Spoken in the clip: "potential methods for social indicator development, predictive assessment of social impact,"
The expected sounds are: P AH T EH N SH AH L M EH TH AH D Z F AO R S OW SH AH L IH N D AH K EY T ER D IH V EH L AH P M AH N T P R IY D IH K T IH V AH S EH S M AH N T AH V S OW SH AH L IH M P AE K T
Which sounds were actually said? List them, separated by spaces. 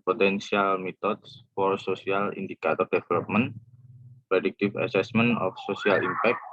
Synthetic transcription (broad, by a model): P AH T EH N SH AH L M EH T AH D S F AO R S OW S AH L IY N D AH K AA T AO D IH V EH L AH P M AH N P R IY D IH K T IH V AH S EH S M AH N AH F S OW S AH L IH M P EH K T